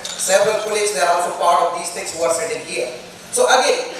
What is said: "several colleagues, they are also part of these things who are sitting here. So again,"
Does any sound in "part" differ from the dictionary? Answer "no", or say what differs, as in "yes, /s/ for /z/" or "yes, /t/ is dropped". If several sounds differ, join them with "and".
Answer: yes, /f/ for /p/